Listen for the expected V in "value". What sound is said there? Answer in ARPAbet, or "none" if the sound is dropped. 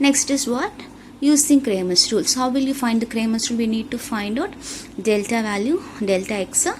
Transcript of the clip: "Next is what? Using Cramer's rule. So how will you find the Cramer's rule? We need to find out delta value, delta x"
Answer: V